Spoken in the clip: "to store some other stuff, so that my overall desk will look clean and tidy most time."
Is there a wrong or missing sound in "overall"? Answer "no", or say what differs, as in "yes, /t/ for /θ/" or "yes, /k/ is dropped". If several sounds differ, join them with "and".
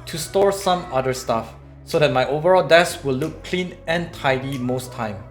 no